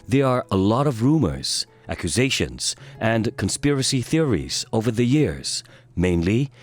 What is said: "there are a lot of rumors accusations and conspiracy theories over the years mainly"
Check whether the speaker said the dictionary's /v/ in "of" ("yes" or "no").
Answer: yes